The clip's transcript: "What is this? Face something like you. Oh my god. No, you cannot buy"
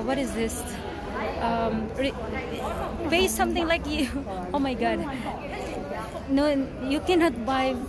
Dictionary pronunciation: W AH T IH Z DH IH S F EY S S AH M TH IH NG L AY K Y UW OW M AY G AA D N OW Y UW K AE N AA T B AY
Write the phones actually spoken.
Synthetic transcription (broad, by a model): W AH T IH Z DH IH S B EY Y S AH M T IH NG L AY K Y UW OW M AY G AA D N OW Y UW K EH N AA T B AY